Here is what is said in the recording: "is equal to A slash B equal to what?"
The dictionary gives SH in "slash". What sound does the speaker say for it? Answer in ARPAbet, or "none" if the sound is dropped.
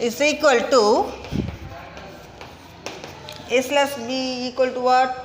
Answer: S